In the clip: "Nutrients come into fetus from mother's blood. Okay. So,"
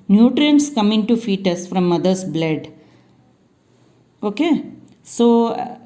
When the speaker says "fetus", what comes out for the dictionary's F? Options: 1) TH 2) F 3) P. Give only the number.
2